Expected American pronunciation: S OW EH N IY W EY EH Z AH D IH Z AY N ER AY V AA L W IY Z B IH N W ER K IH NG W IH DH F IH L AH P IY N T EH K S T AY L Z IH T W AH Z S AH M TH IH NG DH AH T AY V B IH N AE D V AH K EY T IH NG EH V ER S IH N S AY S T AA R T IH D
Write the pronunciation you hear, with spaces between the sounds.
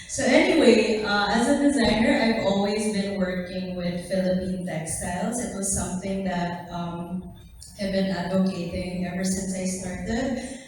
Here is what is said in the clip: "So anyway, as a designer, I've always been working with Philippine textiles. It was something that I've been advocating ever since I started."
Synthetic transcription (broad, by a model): S OW EH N IY W EY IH Z AH D IH Z AY N ER AY V AA L W IY Z B IH N W ER K IH NG W IH DH F IH L AH P IY N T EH K S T AY L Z IH T W AH Z S AH M TH IH NG DH AH T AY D B IH N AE D V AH K EY T IH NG EH V ER S IH N S AY S T AA R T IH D